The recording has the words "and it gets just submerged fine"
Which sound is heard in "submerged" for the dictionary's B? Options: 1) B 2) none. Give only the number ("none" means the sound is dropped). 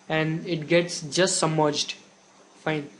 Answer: 2